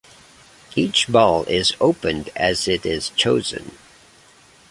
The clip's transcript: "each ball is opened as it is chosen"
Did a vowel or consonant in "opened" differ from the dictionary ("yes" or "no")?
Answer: no